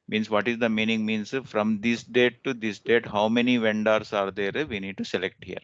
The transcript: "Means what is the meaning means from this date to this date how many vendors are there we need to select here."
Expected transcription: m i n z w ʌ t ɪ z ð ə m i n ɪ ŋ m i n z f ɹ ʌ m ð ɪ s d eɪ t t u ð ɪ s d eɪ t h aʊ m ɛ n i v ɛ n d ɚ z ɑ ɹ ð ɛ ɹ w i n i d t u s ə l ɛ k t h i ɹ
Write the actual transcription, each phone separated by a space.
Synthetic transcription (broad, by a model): m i n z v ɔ t ɪ z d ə m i n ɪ ŋ m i n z f ɹ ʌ m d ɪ s d eɪ t t u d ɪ s d eɪ t h aʊ m ɛ n i v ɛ n d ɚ s ɑ ɹ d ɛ ɹ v i n i d t u s ə l ɛ k t h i ɹ